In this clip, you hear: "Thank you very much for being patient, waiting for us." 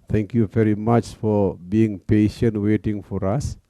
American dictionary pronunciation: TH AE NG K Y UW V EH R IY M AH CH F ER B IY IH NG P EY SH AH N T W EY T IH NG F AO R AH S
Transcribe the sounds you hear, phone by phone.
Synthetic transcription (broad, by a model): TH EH NG K Y UW V EH R IY M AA CH F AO B IY IH NG P EY SH AH N T W EY T IH NG F AO R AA S